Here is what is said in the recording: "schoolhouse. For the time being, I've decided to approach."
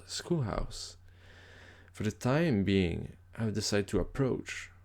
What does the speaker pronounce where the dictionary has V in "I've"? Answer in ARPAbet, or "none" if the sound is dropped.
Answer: W